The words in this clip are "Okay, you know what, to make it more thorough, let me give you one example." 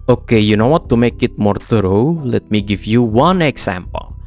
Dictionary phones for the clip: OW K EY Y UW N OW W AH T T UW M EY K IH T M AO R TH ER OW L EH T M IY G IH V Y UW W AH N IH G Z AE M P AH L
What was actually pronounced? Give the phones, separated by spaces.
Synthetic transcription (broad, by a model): OW K EY Y UW N OW W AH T T UW M EY K IH T M AO R T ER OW L EH T M IY G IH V Y UW W AH N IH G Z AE M P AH L